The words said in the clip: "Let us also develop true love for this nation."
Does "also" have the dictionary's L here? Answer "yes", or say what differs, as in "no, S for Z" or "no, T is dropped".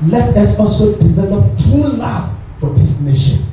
yes